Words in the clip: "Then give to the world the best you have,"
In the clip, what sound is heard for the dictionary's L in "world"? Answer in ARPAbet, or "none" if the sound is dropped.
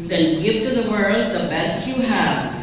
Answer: L